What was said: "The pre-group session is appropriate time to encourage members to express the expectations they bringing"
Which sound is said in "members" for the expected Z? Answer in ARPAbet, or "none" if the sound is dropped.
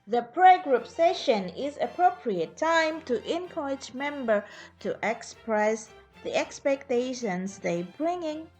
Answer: none